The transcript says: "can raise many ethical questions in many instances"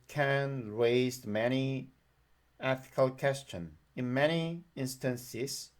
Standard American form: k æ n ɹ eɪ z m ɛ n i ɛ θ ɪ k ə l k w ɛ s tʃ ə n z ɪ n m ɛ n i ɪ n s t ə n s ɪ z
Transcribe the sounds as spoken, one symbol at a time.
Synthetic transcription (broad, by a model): k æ n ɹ eɪ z m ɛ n i ɛ θ ɪ k ə l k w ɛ s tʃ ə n ɪ n m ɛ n i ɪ n s t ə n s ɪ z